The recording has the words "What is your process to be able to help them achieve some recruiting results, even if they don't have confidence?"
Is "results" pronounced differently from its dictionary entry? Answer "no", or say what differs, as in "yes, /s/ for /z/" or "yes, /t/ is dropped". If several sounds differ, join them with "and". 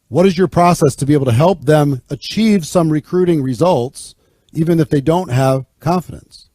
no